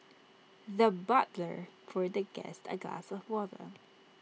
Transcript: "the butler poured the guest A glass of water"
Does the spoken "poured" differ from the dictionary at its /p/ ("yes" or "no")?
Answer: yes